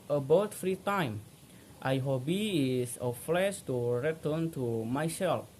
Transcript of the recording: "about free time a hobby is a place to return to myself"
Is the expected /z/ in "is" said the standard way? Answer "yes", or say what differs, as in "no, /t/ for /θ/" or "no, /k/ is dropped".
no, /s/ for /z/